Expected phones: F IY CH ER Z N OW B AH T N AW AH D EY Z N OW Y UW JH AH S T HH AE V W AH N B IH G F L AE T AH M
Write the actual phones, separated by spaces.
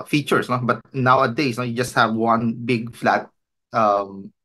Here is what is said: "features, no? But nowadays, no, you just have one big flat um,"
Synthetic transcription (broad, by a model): F IY CH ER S N OW B AH T N AW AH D EY S N OW Y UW JH AH S T HH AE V W AH N B IH G F L AE T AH M